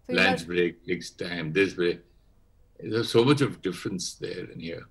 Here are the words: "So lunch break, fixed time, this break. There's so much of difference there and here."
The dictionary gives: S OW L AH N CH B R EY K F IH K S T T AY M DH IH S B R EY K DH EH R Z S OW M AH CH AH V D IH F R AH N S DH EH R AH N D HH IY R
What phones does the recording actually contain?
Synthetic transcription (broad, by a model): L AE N S B R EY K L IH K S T T AY M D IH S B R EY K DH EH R S OW M AH CH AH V D IH F R AH N S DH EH R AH N HH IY R